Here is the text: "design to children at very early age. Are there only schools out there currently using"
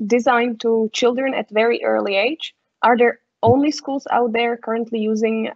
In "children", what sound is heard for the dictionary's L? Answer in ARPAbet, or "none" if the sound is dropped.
L